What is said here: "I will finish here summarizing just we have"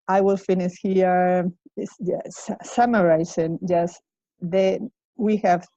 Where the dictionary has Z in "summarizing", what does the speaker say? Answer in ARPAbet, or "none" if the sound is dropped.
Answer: S